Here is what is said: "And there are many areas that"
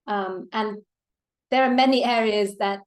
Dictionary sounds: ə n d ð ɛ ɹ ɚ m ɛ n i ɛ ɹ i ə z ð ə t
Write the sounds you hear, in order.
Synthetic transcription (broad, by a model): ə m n ð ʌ ɹ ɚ m ɛ n i ɛ ɹ i ə z ð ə t